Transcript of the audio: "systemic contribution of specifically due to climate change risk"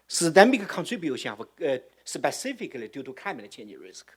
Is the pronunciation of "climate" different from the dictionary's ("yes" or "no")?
yes